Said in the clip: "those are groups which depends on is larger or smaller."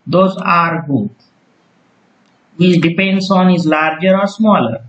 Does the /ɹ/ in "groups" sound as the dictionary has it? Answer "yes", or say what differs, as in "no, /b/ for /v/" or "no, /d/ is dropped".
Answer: no, /ɹ/ is dropped